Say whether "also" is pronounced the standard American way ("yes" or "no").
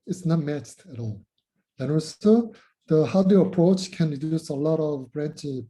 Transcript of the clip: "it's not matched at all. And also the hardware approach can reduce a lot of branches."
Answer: no